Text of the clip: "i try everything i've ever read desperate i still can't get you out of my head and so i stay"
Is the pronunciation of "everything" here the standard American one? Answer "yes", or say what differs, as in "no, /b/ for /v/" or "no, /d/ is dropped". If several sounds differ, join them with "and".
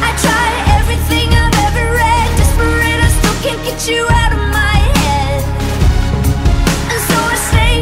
yes